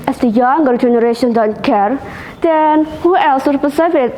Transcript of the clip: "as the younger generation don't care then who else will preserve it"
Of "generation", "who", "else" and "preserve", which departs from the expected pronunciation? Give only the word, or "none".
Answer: preserve